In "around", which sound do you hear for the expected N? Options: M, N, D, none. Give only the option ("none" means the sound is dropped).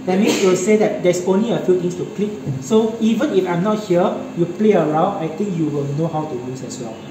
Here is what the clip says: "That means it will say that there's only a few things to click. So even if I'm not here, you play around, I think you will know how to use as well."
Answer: none